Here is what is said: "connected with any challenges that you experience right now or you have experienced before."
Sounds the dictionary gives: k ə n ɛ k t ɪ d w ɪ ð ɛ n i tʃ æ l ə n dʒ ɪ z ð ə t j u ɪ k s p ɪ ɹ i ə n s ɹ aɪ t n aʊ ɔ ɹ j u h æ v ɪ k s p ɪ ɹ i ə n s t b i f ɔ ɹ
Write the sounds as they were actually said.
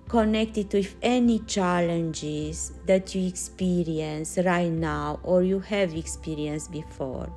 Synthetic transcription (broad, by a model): k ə n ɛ k t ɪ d w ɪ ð ɛ n i tʃ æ l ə n dʒ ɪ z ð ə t j u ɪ k s p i ɹ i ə n s ɹ aɪ t n aʊ ɔ ɹ j u h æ v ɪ k s p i ɹ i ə n s b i f ɔ ɹ